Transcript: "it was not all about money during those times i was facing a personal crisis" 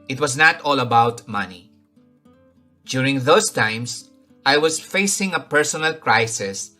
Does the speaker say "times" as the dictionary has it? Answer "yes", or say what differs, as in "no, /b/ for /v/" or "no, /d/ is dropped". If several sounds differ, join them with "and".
no, /s/ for /z/